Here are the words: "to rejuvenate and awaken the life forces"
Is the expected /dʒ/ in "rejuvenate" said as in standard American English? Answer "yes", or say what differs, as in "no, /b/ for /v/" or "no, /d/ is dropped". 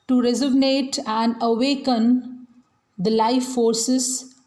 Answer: no, /z/ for /dʒ/